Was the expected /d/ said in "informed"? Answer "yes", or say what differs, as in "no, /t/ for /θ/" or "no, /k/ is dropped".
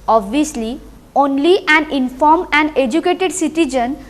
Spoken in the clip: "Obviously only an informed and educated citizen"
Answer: no, /d/ is dropped